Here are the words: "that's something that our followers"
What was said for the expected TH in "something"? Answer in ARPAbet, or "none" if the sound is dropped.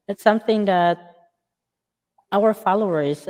TH